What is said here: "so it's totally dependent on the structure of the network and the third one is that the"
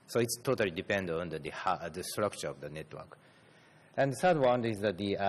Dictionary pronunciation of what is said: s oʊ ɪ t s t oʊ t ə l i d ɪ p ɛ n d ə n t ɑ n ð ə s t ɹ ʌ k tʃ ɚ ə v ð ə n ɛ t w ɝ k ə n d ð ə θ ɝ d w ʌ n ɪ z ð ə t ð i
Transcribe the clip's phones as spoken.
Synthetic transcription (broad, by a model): s oʊ ɪ t s t oʊ t ə l i d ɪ p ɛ n d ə n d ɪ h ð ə s t ɹ ʌ k tʃ ɚ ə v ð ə n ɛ t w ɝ k ə n d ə s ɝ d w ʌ n ɪ z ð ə t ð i